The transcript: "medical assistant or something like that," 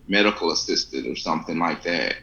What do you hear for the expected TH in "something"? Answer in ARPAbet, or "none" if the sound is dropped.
TH